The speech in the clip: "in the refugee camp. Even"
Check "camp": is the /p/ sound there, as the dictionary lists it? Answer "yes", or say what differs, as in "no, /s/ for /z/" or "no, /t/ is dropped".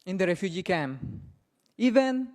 no, /p/ is dropped